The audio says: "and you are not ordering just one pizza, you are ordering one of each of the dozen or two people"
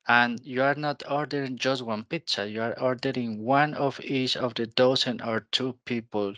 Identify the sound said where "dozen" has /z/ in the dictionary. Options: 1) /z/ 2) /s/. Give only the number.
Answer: 2